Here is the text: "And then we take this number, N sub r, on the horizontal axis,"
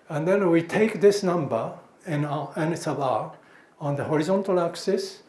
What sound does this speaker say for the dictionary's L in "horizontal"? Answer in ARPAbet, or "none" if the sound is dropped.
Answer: L